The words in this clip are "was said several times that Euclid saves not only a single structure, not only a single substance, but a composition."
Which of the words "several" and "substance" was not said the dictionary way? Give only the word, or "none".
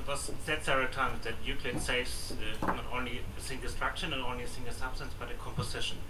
several